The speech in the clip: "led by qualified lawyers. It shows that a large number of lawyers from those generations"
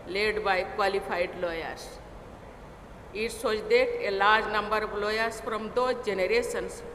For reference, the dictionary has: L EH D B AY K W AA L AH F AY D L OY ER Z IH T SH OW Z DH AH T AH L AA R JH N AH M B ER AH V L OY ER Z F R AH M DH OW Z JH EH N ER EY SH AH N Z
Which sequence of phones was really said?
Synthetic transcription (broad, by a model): L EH D B AY K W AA L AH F AY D L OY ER S IH T S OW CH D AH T AH L AA R JH N AH M B ER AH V L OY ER S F R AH M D OW JH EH N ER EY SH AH N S